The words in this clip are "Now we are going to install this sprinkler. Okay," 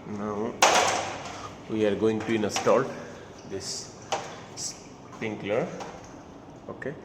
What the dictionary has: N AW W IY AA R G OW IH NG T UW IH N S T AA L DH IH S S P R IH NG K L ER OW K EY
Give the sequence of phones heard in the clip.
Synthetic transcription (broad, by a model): N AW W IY AA R G OW IH NG T UW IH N S T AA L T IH S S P IH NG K L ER OW K EY